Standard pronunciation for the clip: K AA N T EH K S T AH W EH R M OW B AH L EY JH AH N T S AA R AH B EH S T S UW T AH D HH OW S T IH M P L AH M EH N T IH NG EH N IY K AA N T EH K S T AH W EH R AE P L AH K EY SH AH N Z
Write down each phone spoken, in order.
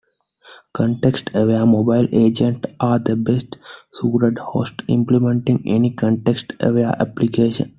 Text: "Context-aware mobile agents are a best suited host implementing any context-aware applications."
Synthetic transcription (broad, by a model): K AA N T EH K S T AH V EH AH M OW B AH L EY JH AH N T AA R AH B EH S T S UW T AH D HH OW S T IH M P L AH M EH N T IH NG EH N IY K AA N T EH K S T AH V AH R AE P L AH K EY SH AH N